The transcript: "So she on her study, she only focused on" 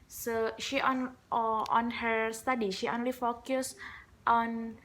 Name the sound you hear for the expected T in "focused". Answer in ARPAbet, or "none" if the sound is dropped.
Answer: T